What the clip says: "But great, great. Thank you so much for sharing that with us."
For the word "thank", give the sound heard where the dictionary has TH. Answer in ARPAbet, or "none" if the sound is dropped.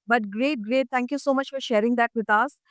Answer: T